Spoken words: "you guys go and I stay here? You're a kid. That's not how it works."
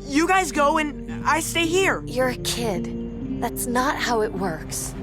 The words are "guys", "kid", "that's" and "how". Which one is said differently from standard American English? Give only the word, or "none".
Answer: none